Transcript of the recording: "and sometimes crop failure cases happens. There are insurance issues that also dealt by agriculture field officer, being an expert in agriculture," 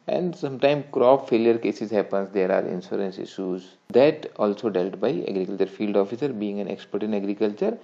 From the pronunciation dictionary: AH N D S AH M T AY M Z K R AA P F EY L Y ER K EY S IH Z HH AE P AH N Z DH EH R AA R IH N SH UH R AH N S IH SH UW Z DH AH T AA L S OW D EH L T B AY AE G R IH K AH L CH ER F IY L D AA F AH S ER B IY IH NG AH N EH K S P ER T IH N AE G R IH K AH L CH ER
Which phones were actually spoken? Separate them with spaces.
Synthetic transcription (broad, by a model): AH N D S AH M T AY M K R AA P F EY L Y ER K EY S IH Z HH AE P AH N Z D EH R AA R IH N S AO R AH N S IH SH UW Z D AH T AA L S OW D EH L T B AY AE G R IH K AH L CH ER F IY L D AA F AH S ER B IY IH NG AH N EH K S P ER T IH N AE G R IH K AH L CH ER